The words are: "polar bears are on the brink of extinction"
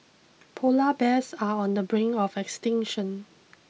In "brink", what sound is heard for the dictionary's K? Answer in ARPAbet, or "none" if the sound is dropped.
none